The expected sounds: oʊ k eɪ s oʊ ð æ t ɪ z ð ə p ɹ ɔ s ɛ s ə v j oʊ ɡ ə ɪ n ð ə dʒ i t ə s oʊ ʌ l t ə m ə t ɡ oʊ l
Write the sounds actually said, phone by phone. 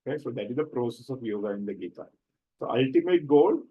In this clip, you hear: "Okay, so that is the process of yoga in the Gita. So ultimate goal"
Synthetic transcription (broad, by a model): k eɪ s oʊ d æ t ɪ z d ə p ɹ ɔ s ɛ s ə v j oʊ ɡ ə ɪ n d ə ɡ i t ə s oʊ ʌ l t ə m ə t ɡ oʊ l